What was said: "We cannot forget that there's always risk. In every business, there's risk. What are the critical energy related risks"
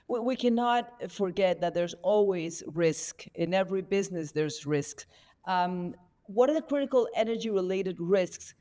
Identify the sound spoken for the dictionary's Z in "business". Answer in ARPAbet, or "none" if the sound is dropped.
Z